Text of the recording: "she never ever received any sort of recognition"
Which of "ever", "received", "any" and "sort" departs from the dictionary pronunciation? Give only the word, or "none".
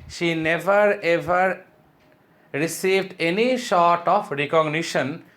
sort